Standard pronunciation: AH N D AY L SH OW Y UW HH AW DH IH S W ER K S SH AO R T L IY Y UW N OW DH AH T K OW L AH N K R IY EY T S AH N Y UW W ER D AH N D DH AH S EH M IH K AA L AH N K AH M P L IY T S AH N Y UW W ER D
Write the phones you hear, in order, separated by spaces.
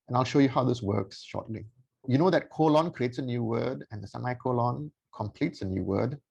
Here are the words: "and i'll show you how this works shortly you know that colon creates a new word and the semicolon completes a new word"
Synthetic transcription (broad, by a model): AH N AY L SH OW Y UW HH AW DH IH S W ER K S SH AO T L IY Y UW N OW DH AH T K OW L AH N K R IY EY T S AH N Y UW W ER D AH N D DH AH S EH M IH K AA L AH N K AH M P L IY T S AH N Y UW W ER D